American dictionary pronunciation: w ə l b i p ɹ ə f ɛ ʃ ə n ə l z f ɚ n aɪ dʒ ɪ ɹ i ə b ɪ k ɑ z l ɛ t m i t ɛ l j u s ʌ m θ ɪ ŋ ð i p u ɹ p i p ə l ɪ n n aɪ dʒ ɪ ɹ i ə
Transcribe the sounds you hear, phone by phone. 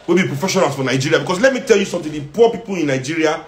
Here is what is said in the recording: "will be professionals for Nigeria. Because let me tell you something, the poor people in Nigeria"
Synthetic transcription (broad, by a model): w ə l b i p ɹ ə f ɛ ʃ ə n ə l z f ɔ n aɪ dʒ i ɹ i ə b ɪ k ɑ s l ɛ t m i t ɛ l j u s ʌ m t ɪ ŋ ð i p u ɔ p i p ə l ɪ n n aɪ dʒ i ɹ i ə